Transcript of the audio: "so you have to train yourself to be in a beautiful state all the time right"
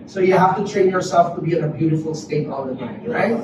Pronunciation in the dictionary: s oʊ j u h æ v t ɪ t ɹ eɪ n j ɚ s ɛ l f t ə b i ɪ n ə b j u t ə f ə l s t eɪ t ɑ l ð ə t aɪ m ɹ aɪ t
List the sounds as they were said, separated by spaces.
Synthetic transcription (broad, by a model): s oʊ j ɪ h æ f t ɪ t ɹ eɪ n j ɚ s ɛ l f t ə b i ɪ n ə b j u t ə f l s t eɪ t ɑ l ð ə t aɪ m ɹ aɪ t